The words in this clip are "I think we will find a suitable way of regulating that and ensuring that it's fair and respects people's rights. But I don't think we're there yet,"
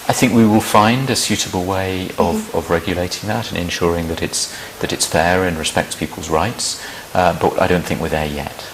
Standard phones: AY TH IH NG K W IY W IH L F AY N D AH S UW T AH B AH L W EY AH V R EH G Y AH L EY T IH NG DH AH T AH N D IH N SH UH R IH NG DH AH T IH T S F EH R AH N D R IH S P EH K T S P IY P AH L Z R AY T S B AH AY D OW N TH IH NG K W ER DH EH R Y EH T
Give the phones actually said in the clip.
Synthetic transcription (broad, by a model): AY TH IH NG K W IY W IH L F AY N D AH S UW T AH B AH L W EY AH V R EH G Y AH L EY T IH NG DH AH T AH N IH N SH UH R IH NG DH AH T IH T S F EH R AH N R IH S P EH K T S P IY P AH L Z R AY T S B AH AY D OW N TH IH NG K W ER DH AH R Y EH T